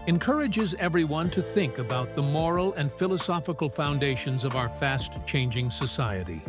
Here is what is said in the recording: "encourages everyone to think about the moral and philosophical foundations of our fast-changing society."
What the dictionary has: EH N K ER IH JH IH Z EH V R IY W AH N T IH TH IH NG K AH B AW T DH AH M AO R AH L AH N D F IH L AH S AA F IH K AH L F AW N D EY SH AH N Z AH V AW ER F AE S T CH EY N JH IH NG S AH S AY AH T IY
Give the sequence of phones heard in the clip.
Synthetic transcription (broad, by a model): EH N K ER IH JH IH Z EH V R IY W AH N T IH TH IH NG K AH B AW T DH AH M AO R L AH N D F IH L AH S AA F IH K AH L F AW N D EY SH AH N Z AH V AW ER F AE S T CH EY N JH IH NG S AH S AY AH T IY